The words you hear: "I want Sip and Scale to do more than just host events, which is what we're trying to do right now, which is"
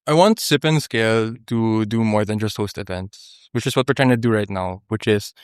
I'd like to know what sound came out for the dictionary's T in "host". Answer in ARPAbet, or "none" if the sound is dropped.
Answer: T